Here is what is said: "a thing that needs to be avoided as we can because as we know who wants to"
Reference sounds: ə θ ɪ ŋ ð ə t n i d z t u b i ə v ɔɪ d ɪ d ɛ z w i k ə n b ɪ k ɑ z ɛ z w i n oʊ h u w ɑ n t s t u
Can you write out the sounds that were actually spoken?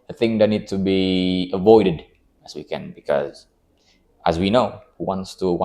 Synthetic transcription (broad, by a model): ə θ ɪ ŋ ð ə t n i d t u b i ə v ɔɪ d ɪ d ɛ s w i k ə n b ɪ k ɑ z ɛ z w i n oʊ h u w ɑ n t s t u